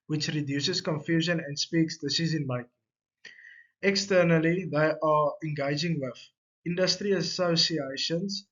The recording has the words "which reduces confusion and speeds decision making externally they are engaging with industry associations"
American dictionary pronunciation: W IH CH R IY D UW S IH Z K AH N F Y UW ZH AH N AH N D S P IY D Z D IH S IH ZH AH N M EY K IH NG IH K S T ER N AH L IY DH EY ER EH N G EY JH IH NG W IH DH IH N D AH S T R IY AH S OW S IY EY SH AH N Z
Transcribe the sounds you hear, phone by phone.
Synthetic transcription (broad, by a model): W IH CH R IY D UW S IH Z K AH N F Y UW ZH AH N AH N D S P IY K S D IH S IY Z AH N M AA IH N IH K S T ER N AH L IY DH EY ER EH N G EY JH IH NG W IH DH IH N D AH S T R IY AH S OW S IY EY SH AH N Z